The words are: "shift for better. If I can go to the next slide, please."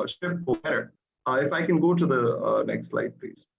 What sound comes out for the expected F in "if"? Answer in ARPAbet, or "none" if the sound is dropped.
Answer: F